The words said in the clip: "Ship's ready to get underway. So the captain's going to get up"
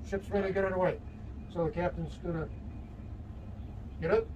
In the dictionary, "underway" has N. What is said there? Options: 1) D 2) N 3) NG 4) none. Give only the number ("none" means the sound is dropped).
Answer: 4